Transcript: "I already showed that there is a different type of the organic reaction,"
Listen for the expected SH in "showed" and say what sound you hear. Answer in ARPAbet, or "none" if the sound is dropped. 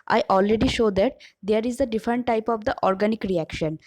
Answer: SH